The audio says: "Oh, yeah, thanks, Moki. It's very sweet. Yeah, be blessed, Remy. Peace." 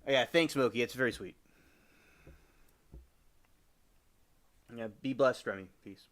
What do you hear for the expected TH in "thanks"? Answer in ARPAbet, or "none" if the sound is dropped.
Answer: TH